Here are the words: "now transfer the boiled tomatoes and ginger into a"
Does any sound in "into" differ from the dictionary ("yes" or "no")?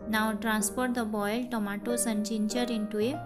no